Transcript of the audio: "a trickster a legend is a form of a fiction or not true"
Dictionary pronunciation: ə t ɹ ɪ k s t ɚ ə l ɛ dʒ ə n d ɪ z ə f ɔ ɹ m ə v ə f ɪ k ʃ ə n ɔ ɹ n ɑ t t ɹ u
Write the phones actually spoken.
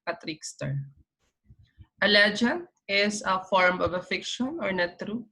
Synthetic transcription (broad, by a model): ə t ɹ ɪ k s t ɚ ə l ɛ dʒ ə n ɪ s ə f ɔ ɹ m ə v ə f ɪ k ʃ ə n ɔ ɹ n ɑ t t ɹ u